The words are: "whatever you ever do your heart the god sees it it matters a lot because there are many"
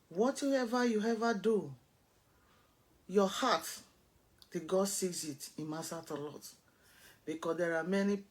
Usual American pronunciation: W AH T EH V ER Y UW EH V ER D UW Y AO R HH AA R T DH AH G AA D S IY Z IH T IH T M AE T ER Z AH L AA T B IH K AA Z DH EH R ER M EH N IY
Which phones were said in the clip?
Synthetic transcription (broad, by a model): W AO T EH V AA Y UW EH V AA D UW Y AO HH AA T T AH G AA D S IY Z IH T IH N M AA S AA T AH L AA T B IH K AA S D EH R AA M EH N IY